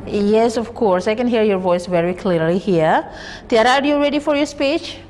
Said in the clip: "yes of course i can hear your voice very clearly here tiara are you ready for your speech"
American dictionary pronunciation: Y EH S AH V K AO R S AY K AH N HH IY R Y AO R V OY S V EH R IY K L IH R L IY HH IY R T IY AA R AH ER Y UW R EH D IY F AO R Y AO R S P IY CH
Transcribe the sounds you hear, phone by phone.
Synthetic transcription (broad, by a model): Y EH S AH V K AO R S AY K AH N HH IY R Y AO R V OY S V EH R IY K L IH R L IY HH IY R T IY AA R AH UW Y UW R EH D IY F AO R Y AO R S P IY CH